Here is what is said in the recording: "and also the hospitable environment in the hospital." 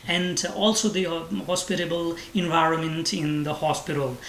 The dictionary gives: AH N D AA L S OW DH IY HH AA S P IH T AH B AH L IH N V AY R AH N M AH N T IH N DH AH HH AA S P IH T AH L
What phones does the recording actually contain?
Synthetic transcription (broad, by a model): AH N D AA L S OW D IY HH AA S P IH T AH B AH L IH N V AY R AH N M AH N T IH N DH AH HH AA S P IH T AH L